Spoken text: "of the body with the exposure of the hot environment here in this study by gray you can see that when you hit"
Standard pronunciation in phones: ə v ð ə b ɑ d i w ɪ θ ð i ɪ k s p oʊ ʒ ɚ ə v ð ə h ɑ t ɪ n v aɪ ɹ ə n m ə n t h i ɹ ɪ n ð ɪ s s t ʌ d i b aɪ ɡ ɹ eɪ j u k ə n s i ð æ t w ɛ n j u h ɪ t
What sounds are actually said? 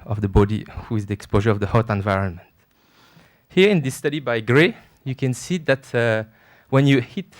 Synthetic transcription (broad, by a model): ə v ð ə b ɑ d i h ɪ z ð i ɪ k s p oʊ ʒ ɚ ə v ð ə h ɑ t ɪ n v aɪ ɹ ə n m ə n t h i ɹ ɪ n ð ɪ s s t ʌ d i b aɪ ɡ ɹ eɪ j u k ə n s i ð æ t w ɛ n j u h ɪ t